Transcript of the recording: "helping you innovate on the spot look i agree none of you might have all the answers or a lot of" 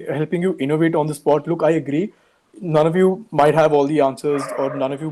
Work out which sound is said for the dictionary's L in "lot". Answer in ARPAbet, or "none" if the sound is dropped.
N